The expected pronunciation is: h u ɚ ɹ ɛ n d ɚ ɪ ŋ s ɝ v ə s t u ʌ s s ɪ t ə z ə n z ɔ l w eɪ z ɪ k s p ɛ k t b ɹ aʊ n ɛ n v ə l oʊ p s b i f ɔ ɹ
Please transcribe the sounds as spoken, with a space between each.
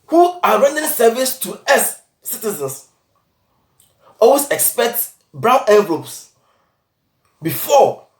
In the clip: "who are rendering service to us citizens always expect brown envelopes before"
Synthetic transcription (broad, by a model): h u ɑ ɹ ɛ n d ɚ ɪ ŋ s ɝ v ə s t u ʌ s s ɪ t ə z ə n s ɔ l w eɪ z ɪ k s p ɛ k t b ɹ aʊ n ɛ v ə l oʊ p s b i f ɔ